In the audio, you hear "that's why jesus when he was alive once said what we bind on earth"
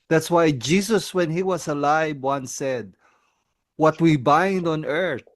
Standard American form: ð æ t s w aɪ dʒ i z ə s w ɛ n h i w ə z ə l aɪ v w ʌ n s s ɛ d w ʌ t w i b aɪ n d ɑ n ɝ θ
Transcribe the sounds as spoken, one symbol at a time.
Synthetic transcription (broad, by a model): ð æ t s w aɪ dʒ i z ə s w ɛ n h i w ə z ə l aɪ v w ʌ n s s ɛ d w ʌ t w i b aɪ n d ɑ n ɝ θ